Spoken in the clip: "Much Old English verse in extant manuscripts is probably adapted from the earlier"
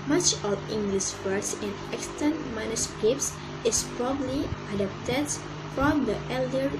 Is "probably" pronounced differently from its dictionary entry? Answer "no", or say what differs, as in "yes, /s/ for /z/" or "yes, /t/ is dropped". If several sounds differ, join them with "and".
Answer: no